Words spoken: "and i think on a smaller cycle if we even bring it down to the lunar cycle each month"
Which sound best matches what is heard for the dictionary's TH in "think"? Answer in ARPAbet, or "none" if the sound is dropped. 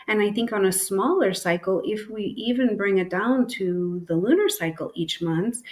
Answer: TH